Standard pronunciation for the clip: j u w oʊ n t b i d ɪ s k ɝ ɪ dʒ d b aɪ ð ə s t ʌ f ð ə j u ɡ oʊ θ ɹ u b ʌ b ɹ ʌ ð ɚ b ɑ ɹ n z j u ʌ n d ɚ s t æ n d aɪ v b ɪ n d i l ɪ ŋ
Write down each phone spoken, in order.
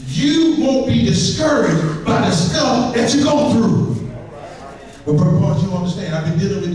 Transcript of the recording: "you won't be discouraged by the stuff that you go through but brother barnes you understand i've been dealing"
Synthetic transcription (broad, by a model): j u w oʊ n b i d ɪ s k ɝ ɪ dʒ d b aɪ ð ə s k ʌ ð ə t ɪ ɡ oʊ θ ɹ u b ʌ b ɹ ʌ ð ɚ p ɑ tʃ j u ʌ n d ɚ s t æ n d aɪ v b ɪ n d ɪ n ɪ